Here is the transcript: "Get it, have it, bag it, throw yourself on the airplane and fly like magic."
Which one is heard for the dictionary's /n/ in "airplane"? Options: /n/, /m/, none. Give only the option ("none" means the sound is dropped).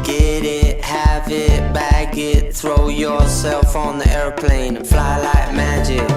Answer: none